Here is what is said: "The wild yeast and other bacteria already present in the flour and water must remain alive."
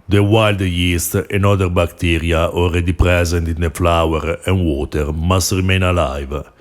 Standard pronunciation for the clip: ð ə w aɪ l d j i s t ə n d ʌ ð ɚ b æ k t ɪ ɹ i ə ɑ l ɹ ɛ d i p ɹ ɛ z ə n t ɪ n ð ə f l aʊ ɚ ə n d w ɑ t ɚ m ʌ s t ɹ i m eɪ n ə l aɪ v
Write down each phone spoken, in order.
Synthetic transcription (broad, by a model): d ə w aɪ l d j i s t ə n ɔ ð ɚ b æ k t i ɹ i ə ɑ l ɹ ɛ d i p ɹ ɛ z ə n t ɪ n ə f l aʊ ɚ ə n w ɑ t ɚ m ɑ s t ɹ i m eɪ n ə l aɪ v